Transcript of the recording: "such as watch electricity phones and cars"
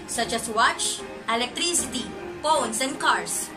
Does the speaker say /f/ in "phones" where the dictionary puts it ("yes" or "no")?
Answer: no